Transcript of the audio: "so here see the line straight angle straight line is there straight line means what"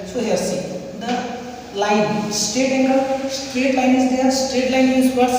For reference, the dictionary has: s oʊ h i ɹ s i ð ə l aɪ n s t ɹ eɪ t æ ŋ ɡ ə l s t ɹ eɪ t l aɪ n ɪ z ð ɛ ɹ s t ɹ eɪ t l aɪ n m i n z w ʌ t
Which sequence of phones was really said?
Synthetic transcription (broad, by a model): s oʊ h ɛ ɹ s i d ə l aɪ n s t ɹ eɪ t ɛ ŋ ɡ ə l s t ɹ eɪ t l aɪ n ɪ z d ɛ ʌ s t ɹ eɪ t l aɪ n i z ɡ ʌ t